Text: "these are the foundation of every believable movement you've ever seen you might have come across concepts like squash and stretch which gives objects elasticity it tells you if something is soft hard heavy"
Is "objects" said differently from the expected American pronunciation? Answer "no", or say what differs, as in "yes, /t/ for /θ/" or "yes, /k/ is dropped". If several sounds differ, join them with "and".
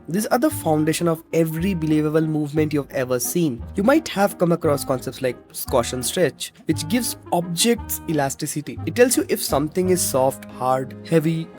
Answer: no